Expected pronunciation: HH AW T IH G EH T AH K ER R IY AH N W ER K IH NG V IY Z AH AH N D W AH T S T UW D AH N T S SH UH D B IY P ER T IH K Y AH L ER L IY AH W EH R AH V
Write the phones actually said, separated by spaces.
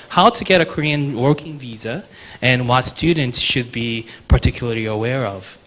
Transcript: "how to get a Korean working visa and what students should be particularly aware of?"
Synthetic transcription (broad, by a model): HH AW T IH G EH T AH K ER R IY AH N W ER K IH NG V IY Z AH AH N W AH T S T UW D N T S SH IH D B IY P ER T IH K Y L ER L IY AH W EH R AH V